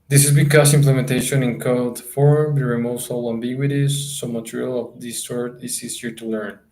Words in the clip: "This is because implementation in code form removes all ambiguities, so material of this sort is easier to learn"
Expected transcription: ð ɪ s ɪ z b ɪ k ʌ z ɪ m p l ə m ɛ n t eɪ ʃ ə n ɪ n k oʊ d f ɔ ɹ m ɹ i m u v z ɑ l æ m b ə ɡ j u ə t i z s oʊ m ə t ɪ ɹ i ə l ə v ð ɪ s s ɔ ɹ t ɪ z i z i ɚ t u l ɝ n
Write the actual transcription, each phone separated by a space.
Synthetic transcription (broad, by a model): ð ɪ s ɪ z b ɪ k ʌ s ɪ m p l ə m ɛ n t eɪ ʃ ə n ɪ n k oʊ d f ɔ ɹ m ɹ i m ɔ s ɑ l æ m b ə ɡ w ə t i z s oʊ m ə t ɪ ɹ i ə l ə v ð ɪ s s ɔ ɹ t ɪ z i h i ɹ t u l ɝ n